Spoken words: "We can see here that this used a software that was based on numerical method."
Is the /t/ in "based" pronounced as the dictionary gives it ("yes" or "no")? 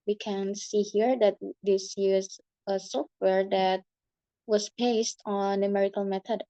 yes